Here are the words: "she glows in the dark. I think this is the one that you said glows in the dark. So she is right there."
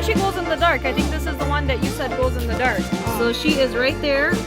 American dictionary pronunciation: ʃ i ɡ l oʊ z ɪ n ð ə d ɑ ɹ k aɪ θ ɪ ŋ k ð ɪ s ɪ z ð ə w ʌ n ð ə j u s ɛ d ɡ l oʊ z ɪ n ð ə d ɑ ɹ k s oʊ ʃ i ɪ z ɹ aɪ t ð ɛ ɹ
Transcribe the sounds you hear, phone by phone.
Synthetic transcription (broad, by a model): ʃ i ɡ oʊ z ɪ n ð ə d ɑ ɹ k aɪ θ ɪ ŋ k ð ɪ s ɪ z ð ə w ʌ n ð ə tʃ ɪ s ɛ d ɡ oʊ z ɪ n ð ə d ɑ ɹ k s oʊ ʃ i ɪ z ɹ aɪ t ð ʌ ɹ